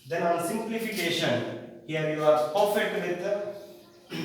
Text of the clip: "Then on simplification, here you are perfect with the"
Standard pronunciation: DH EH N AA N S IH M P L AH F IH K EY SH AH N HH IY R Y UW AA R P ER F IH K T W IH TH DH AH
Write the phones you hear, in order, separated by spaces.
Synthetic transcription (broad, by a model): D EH N AA N S IH M P L AH F IH K EY SH AH N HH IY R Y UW AA R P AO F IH T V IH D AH